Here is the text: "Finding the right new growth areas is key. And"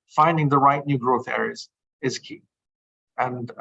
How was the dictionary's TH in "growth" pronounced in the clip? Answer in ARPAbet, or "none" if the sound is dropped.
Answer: TH